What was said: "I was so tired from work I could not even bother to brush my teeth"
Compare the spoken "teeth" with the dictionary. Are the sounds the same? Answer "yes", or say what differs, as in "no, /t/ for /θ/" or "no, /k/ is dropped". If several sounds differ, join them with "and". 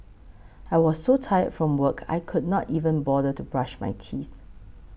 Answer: yes